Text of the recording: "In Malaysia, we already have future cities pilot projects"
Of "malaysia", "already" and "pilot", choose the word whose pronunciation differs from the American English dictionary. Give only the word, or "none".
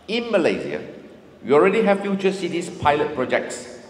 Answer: malaysia